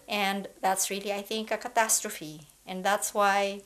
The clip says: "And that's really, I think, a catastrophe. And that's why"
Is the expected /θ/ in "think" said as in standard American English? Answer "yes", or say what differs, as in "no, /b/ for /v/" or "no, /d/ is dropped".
yes